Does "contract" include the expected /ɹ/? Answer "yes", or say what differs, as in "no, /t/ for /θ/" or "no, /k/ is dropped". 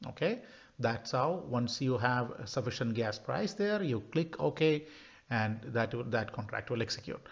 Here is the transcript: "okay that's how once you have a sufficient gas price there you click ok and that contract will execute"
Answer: yes